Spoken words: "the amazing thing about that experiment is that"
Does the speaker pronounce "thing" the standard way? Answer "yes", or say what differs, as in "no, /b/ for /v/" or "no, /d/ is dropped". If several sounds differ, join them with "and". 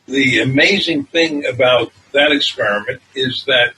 yes